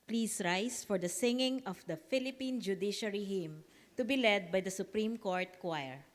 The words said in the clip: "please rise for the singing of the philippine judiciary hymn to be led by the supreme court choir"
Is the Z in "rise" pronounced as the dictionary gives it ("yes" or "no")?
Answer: no